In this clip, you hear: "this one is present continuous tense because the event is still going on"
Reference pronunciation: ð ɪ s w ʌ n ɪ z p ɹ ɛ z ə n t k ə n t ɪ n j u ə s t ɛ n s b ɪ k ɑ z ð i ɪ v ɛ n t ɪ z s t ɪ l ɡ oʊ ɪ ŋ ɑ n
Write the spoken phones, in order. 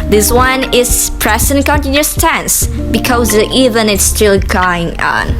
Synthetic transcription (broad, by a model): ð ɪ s w ʌ n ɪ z p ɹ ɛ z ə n k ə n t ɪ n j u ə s t ɛ n s b ɪ k ɑ z i v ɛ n ɪ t s t ɪ l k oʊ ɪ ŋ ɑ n